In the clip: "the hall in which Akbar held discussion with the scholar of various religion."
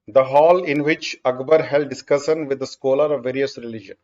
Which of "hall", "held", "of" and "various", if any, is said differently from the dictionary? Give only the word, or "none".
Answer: none